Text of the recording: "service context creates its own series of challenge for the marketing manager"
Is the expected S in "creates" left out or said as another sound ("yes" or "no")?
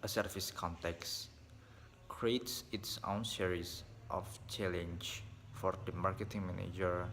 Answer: no